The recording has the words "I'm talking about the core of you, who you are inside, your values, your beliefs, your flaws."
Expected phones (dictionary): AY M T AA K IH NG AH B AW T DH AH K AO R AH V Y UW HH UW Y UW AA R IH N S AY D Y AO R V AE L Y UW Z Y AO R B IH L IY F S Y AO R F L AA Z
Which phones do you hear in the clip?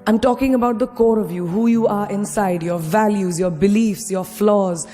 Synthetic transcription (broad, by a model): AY M T AA K IH NG AH B AW T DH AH K AO R AH V Y UW HH UW Y UW AA R IH N S AY D Y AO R V AE L Y UW Z Y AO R B IH L IY F S Y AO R F L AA Z